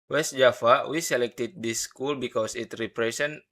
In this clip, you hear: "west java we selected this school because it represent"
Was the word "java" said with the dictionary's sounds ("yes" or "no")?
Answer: no